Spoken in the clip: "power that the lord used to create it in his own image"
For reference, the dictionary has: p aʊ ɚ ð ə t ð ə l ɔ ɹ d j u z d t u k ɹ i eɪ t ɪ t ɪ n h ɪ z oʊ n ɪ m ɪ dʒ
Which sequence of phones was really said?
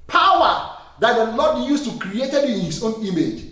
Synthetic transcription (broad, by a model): p aʊ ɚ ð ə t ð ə l ɔ d j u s t u k ɹ i eɪ t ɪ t ɪ n h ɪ s oʊ n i m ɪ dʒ